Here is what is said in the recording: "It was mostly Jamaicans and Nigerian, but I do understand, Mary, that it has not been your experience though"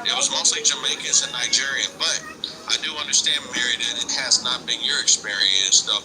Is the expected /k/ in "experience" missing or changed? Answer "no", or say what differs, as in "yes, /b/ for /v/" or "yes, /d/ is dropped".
no